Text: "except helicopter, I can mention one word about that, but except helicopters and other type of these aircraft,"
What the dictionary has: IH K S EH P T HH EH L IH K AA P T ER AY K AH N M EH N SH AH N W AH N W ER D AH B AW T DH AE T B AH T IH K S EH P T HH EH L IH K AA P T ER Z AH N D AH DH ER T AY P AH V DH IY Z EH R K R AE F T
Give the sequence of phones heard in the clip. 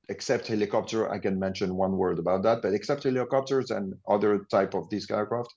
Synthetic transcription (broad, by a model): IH K S EH P T HH EH L IH K AA P T ER AY K AH N M EH N SH AH N W AH N W ER D AH B AW T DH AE T B AH T IH K S EH P T HH EH L IH K AA P T ER Z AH N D AH DH ER T AY P AH V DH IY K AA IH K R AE F T